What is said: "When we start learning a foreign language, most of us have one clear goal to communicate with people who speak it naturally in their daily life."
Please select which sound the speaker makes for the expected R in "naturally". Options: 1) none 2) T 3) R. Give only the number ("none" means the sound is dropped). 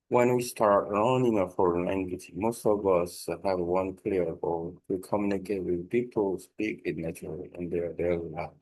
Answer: 1